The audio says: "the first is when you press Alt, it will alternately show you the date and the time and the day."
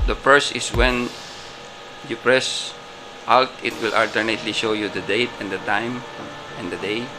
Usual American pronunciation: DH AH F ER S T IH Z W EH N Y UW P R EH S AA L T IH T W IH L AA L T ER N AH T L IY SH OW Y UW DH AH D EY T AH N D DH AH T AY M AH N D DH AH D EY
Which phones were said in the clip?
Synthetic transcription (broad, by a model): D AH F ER S IH S W EH N Y UW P R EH S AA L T IH T W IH L AA L T ER N AH T L IY SH OW Y UW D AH D EY T AH N D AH T AY M AH N D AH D EY